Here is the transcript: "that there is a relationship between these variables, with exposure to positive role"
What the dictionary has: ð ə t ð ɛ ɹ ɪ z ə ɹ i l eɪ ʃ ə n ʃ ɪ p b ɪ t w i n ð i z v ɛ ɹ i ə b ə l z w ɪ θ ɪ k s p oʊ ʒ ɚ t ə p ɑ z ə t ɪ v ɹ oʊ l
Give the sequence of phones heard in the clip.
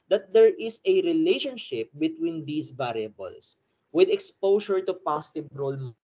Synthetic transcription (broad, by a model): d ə t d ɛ ɹ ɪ s ə ɹ i l eɪ ʃ ə n ʃ ɪ p b ɪ t w i n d i s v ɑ ɹ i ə b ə l s w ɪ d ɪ k s p oʊ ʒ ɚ t ə p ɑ s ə t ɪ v ɹ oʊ l